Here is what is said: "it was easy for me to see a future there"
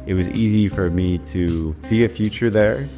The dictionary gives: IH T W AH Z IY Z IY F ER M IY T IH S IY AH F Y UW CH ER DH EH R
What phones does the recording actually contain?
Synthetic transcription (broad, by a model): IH T W AH Z IY Z IY F ER M IY T IH S IY AH F Y UW CH ER DH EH R